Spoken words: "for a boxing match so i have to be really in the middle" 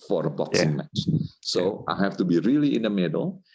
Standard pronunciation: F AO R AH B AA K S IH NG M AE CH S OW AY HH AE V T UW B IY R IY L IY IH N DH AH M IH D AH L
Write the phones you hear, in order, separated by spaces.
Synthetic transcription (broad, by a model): F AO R AH B AA K S IH NG M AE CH S OW AY HH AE F T UW B IY R IY L IY IH N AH M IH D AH L